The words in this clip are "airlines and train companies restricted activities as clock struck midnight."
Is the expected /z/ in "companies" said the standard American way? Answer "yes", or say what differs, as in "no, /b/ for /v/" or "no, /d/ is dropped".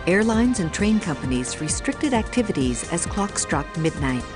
yes